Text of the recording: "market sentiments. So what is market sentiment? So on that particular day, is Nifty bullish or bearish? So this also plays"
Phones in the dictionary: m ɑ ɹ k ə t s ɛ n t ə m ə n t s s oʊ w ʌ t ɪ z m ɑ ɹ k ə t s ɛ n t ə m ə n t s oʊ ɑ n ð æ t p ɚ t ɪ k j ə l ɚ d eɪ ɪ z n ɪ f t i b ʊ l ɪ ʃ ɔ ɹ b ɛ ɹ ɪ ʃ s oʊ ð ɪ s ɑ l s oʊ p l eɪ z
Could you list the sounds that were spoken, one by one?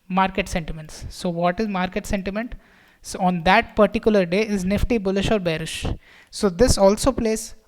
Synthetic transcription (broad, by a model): m ɑ ɹ k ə t s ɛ n t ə m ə n t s s oʊ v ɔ t ɪ z m ɑ ɹ k ə t s ɛ n t ə m ə n t s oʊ ɑ n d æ t p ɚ t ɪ k j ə l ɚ d eɪ ɪ z n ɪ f t i b ʊ l ɪ ʃ ɔ ɹ b ɛ ɹ ɪ ʃ s oʊ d ɪ s ɑ l s oʊ p l eɪ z